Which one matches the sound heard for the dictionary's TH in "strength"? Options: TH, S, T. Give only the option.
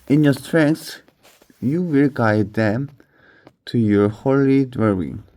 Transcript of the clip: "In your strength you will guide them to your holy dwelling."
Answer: S